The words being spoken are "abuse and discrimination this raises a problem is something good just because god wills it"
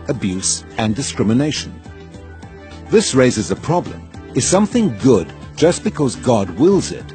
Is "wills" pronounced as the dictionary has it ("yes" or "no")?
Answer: yes